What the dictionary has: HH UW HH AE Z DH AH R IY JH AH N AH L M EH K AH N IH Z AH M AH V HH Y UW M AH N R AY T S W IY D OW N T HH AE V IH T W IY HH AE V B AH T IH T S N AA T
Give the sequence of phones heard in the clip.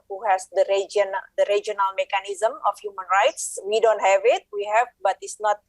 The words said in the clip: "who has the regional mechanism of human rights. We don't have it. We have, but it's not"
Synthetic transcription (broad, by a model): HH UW HH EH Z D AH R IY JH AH N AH L M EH K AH N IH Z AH M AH F HH Y UW M AH N R AY T S W IY D OW N T HH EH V IH T W IY HH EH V B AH T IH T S N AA T